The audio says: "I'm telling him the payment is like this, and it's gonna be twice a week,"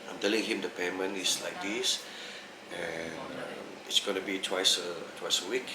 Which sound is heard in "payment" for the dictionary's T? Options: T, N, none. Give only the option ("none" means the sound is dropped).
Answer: none